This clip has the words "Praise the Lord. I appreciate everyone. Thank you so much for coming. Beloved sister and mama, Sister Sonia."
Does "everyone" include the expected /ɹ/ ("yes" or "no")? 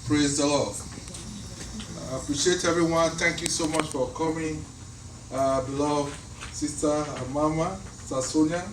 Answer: no